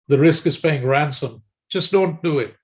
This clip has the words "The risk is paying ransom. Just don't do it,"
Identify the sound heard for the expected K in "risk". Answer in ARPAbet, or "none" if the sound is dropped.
K